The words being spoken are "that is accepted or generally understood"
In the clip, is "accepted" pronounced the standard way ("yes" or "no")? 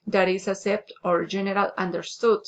no